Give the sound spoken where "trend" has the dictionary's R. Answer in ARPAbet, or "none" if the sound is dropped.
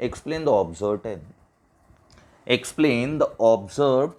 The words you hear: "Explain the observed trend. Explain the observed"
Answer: none